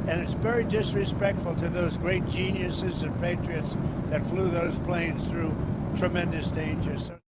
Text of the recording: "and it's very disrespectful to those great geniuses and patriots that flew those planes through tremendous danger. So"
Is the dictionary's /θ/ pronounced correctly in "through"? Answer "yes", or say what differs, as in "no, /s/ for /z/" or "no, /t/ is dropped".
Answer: yes